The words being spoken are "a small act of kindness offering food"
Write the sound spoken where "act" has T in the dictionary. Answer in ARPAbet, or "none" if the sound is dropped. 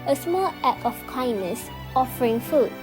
none